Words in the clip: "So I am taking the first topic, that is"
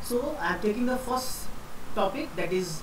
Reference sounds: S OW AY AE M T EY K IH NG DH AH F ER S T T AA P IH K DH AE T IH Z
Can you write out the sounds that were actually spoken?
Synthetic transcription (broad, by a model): S OW AY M T EY K IH NG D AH F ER S T T AA P IH K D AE T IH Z